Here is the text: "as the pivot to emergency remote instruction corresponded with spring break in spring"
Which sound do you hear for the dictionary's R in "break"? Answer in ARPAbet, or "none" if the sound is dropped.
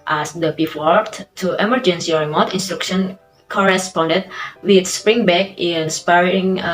none